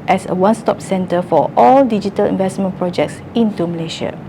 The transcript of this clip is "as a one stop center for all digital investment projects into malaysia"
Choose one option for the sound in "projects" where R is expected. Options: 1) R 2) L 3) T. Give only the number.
1